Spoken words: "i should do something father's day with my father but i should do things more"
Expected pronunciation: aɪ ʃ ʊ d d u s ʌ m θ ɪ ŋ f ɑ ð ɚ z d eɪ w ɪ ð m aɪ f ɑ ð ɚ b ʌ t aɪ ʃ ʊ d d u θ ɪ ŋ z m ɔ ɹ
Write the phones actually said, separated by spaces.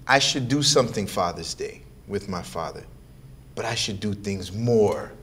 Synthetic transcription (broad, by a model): aɪ ʃ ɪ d d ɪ s ʌ m θ ɪ ŋ f ɑ ð ɚ z d eɪ w ɪ ð m aɪ f ɑ ð ɚ b ʌ t aɪ ʃ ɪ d d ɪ θ ɪ ŋ z m ɔ ɹ